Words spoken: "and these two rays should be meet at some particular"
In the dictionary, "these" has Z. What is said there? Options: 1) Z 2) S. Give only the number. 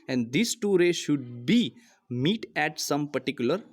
2